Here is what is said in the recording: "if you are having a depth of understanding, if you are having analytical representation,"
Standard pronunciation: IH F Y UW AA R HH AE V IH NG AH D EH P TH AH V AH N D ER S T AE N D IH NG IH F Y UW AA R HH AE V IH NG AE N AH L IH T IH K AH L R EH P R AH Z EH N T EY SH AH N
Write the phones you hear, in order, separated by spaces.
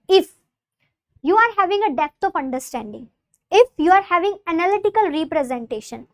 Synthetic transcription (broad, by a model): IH F Y UW AA R HH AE V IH NG AH D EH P T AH P AH N D ER S T AE N D IH NG IH F Y UW AA R HH AE V IH NG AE N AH L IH T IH K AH L R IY P R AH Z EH N T EY SH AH N